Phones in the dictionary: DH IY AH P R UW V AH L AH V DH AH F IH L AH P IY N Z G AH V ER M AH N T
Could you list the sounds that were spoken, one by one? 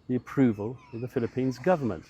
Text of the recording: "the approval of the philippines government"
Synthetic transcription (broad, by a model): DH IY AH P R UW V AH L AH V DH AH F IH L AH P IY N Z G AH V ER M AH N T